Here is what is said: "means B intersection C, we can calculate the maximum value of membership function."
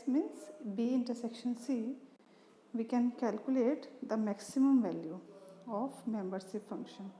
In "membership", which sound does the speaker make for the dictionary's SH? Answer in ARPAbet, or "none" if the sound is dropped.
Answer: S